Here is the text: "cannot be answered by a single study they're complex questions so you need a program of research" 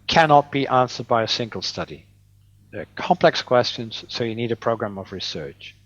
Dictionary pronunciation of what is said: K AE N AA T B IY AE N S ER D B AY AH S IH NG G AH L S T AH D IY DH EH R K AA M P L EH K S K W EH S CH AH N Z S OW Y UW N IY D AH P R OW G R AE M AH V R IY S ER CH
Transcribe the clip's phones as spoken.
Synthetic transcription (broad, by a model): K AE N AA T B IY AE N S ER D B AY AH S IH NG G AH L S T AH D IY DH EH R K AA M P L EH K S K W EH S CH AH N Z S OW Y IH N IY D AH P R OW G R AE M AH V R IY S ER CH